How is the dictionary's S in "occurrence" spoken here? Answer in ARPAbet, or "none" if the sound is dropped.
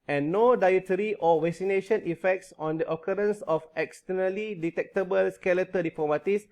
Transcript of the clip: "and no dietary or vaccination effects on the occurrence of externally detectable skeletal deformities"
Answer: S